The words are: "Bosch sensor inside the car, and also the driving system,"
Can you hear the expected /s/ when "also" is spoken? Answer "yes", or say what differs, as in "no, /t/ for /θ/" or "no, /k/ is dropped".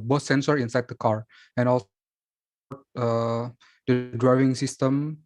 no, /s/ is dropped